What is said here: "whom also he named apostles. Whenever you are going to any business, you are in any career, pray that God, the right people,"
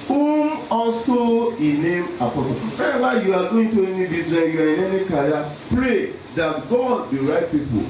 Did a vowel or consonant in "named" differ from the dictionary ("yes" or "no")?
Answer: yes